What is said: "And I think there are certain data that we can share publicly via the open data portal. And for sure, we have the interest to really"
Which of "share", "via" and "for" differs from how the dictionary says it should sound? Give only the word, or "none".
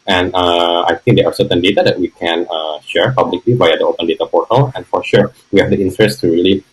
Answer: via